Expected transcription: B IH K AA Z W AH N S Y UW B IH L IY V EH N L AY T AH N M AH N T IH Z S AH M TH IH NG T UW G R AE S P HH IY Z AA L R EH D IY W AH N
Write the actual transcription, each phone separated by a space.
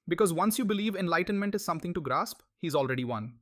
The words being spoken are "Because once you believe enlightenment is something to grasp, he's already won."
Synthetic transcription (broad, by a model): B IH K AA Z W AH N S Y UW B IH L IY V EH N L AY T AH N M AH N T IH Z S AH M T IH NG T UW G R AE S P HH IY Z AA L R EH D IY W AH N